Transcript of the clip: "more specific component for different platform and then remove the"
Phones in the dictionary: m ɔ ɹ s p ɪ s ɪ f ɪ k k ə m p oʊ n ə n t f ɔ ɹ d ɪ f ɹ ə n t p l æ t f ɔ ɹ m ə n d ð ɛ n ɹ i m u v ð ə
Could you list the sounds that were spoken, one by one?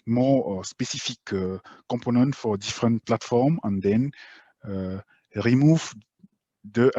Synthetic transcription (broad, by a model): m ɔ s p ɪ s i f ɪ k k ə p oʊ n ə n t f ɔ ɹ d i f ɹ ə n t p l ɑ t f ɔ ɹ m ə n d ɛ n ɹ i m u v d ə